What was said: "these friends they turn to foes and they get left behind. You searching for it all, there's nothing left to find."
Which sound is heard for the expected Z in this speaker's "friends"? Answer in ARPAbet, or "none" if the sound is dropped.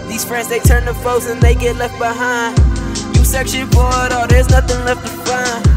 Z